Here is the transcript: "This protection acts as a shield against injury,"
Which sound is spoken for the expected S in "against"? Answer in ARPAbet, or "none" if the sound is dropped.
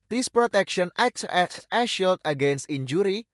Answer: S